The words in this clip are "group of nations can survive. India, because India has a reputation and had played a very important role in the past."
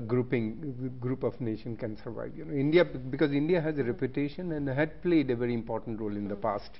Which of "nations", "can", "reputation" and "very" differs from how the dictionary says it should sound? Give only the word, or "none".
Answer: nations